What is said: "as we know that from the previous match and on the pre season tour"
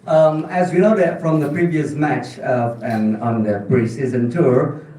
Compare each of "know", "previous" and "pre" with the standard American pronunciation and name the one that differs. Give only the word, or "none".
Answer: pre